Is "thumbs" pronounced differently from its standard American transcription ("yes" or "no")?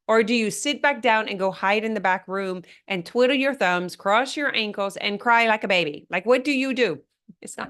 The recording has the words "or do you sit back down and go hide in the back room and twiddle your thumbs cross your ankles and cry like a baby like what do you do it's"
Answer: no